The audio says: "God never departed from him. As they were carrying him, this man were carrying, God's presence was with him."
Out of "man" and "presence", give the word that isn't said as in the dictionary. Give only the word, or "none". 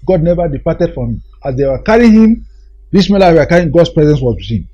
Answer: man